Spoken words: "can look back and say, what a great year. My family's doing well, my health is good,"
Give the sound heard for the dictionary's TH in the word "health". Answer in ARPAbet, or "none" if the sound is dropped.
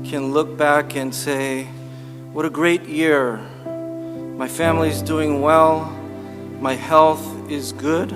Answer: TH